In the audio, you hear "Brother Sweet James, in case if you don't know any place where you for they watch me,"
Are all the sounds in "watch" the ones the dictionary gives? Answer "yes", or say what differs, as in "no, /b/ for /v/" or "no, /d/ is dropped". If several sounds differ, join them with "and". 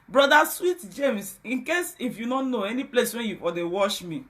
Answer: no, /ʃ/ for /tʃ/